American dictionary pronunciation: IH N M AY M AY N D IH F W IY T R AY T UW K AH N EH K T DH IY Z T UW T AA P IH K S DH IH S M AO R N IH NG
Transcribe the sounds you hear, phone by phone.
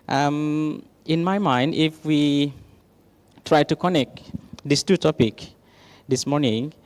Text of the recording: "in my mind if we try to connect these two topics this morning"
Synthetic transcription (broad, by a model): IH N M AY M AY N D IH F W IY T R AY T UW K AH N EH K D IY S T UW T AA P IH K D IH S M AO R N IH NG